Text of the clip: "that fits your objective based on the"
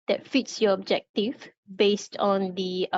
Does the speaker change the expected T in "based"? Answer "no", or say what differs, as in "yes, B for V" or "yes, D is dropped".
no